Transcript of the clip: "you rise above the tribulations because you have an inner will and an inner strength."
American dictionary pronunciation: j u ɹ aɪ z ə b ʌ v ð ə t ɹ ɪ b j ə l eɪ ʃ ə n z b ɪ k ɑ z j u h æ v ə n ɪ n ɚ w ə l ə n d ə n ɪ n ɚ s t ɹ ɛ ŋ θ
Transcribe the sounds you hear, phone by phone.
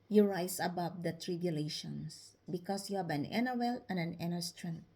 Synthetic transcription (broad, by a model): j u ɹ aɪ s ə b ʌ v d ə t ɹ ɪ b j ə l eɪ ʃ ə n s b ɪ k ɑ s j u h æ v ə n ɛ n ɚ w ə l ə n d ə n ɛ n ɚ s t ɹ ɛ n